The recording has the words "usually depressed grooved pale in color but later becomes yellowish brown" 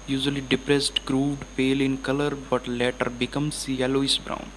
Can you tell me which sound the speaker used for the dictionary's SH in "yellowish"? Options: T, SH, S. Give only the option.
S